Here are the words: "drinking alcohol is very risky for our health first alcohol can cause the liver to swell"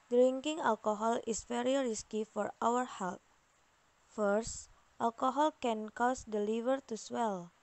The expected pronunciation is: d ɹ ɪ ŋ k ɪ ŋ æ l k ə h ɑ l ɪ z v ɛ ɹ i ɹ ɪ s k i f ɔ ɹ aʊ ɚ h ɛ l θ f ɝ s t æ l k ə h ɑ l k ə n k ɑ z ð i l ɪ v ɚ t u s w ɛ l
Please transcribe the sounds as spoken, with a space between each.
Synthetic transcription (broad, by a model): d ɹ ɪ ŋ k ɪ ŋ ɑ l k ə h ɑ l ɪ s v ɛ ɹ i ɹ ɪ s k i f ɔ ɹ aʊ ɚ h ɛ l t f ɝ s t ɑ l k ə h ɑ l k ə n k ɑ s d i l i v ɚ t u s w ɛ l